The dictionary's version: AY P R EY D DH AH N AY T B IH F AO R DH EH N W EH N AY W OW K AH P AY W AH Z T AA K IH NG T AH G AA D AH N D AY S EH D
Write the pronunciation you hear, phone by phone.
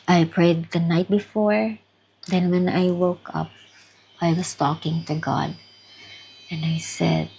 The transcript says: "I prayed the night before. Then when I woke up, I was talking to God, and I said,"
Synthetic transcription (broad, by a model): AY P R EY D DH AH N AY T B IH F AO R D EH N W EH N AY W OW K AH P AY W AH S T AA K IH NG T AH G AA D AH N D AY S EH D